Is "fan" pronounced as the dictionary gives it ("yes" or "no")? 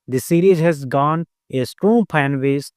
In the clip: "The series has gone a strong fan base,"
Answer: no